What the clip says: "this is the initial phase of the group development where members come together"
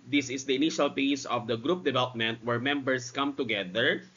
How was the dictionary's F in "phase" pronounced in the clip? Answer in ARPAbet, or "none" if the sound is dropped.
P